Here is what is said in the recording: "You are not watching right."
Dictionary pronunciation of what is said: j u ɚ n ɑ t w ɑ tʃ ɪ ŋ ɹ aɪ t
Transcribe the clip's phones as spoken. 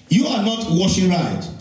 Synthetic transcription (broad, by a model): j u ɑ n ɑ t w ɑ ʃ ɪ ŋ ɹ aɪ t